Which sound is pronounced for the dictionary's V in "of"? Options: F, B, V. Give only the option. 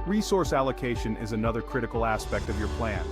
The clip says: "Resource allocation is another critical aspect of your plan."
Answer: V